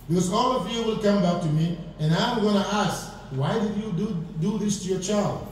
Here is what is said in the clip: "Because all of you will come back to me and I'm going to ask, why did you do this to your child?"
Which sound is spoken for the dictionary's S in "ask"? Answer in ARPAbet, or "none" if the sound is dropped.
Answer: S